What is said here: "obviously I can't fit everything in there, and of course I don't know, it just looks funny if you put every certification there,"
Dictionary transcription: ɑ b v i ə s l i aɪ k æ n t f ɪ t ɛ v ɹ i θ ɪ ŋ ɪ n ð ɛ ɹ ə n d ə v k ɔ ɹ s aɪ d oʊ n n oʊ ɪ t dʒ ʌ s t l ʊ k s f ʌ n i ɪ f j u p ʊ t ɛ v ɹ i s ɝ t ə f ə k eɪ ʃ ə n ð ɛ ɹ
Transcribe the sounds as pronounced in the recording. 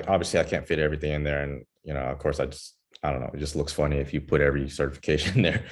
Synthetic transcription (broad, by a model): ɑ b v i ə s l i aɪ k æ n t f ɪ t ɛ v ɹ i θ ɪ ŋ ɪ n ð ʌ ɹ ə n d ə v k ɔ ɹ s aɪ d oʊ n n oʊ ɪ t dʒ ʌ s t l ʊ k s f ʌ n i ɪ f j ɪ p ʊ t ɛ v ɹ i s ɝ t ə f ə k eɪ ʃ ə n ð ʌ ɹ